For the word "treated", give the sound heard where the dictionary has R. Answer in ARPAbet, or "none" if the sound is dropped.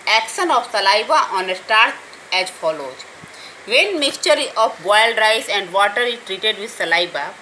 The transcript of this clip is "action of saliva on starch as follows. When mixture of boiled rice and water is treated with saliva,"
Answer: R